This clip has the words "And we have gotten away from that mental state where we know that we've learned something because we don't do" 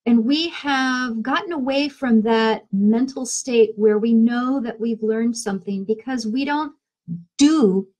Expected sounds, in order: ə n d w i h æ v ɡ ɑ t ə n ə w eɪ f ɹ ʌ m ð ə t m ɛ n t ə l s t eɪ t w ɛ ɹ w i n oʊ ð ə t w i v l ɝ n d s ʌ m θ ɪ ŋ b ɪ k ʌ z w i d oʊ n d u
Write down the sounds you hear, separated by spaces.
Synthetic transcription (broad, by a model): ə n w i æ v ɡ ɑ t n ə w eɪ f ɹ ʌ m ð ə t m ɛ n t l s t eɪ t w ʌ ɹ w i n oʊ ð ə t w i v l ɝ n d s ʌ m θ ɪ ŋ b ɪ k ʌ z w i d oʊ n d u